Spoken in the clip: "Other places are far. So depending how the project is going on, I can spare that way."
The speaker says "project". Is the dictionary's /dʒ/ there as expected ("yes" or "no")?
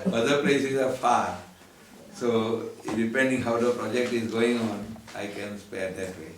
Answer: yes